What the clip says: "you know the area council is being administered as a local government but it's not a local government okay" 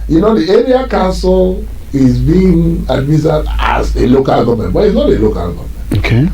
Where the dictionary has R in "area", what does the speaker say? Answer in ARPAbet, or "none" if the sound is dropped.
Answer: R